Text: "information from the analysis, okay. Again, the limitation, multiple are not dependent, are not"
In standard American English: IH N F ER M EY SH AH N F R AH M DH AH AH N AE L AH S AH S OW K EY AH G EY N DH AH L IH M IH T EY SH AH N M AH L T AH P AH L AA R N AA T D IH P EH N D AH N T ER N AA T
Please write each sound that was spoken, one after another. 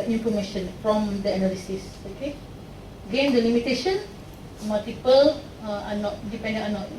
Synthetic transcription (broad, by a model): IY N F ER M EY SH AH N F R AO M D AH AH N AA L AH S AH S OW K EY G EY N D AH L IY M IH T EY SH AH N M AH L T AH P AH L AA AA N AA T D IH P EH N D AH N ER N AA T